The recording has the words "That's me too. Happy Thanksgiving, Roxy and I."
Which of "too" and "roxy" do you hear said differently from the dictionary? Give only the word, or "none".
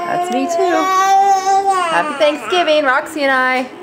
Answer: none